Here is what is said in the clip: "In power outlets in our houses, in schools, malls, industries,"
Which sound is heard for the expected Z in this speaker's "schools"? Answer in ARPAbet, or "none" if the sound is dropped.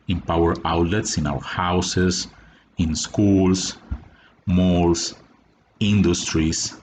S